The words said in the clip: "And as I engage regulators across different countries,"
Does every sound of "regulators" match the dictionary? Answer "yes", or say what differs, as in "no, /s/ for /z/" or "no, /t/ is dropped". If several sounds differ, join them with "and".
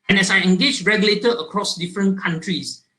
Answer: no, /z/ is dropped